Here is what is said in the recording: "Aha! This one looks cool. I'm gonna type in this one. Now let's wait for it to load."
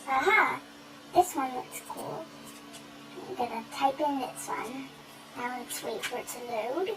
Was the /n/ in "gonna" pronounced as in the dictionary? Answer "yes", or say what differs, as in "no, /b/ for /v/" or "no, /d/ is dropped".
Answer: no, /n/ is dropped